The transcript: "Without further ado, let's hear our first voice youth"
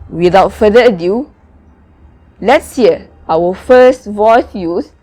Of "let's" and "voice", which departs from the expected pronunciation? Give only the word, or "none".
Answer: none